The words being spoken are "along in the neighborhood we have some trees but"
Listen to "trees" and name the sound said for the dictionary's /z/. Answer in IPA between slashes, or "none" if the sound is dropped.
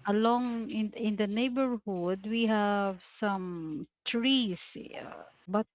/s/